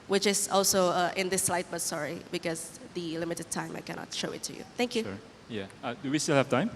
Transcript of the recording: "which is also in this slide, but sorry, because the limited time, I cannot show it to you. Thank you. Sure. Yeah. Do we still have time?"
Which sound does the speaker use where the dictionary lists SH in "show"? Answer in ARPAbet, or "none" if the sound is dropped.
SH